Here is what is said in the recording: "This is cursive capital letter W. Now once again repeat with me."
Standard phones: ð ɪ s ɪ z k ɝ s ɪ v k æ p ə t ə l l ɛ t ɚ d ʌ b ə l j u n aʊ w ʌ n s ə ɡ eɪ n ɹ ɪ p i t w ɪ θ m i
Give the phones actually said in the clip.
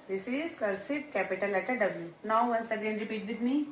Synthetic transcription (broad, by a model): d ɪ s ɪ z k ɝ s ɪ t k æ p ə t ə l l ɛ t ɚ d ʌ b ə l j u n aʊ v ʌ n s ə ɡ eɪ n ɹ ɪ p i t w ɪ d m i